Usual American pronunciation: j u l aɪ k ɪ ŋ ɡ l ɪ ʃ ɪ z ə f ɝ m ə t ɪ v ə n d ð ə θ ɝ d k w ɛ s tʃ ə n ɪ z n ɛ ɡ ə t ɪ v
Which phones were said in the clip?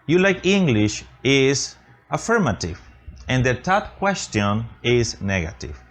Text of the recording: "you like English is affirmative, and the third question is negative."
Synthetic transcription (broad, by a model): j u l aɪ k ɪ ŋ ɡ l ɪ ʃ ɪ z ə f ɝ m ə t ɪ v ə n d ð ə t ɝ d k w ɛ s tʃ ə n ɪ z n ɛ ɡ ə t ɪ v